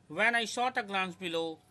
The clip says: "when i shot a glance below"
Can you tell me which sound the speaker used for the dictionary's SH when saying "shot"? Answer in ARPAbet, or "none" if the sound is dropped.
S